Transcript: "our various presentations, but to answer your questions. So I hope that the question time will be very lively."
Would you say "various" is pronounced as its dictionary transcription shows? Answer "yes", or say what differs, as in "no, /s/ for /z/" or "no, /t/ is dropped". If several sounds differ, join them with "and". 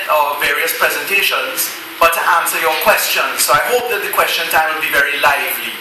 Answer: yes